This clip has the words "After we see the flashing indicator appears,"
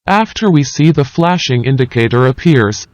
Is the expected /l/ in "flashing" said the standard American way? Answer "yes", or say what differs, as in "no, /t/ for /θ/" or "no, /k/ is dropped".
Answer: yes